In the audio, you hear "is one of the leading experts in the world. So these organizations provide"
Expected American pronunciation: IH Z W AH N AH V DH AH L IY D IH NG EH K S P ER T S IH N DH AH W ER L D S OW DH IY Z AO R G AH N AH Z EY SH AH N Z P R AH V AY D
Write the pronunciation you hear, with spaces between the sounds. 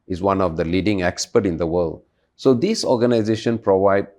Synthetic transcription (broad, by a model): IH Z W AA N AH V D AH L IY D IH NG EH K S P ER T IH N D AH W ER L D S OW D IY S AO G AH N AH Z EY SH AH N P R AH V AY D